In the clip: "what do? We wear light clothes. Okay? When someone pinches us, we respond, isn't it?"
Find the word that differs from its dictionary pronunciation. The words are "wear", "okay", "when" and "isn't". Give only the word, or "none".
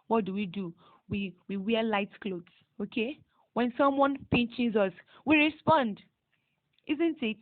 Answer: wear